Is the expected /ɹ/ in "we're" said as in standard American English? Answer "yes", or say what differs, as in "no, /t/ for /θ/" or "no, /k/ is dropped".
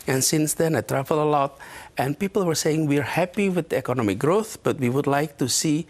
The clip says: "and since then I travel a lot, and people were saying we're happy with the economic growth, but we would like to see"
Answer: yes